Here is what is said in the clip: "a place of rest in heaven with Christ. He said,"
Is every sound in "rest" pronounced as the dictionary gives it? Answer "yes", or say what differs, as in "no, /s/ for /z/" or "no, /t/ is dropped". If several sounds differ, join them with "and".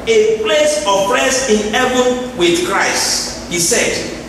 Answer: no, /t/ is dropped